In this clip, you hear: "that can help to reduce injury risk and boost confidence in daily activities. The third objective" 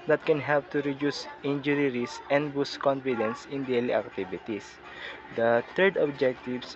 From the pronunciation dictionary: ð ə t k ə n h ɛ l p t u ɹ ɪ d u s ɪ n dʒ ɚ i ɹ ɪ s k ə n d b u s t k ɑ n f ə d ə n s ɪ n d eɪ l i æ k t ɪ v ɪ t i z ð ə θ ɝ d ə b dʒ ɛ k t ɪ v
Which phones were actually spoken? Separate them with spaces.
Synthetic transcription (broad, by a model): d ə t k ə n h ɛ l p t u ɹ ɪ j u s ɪ n dʒ ɚ i ɹ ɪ s ə n d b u s k ɑ n f ə d ə n s ɪ n d eɪ l i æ k t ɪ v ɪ t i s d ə t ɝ d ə b dʒ ɛ k t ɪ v